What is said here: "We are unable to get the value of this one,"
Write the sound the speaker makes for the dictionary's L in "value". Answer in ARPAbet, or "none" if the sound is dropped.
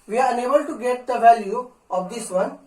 L